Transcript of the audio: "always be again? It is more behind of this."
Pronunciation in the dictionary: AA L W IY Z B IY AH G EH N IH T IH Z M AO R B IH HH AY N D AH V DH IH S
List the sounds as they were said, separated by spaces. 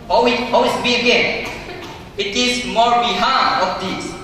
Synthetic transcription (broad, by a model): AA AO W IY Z B IY AH G EH N IH T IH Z M AO R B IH HH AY D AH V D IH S